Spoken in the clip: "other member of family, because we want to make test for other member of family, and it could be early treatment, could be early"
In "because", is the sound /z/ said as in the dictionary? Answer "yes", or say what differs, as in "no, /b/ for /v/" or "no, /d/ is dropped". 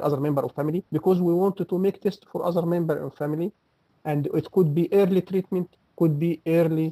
yes